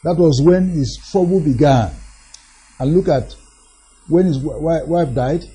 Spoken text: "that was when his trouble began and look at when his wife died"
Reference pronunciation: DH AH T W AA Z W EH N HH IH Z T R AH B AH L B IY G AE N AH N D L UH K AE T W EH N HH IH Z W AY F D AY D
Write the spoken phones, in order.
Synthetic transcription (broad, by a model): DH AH T W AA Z W EH N HH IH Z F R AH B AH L B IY G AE N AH N L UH K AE T W EH N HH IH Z W AY F D AY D